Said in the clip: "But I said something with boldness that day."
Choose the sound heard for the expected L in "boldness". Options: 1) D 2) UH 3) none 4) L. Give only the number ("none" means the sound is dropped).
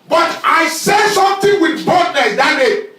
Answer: 3